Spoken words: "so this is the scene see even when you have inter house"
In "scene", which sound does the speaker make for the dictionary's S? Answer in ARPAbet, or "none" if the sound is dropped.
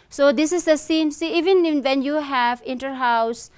S